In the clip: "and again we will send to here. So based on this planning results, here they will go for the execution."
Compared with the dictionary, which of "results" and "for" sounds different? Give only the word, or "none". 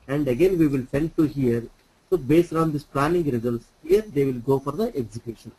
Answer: none